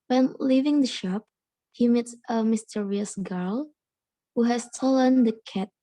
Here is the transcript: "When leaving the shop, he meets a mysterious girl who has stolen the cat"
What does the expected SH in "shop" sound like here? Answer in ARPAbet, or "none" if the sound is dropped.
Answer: SH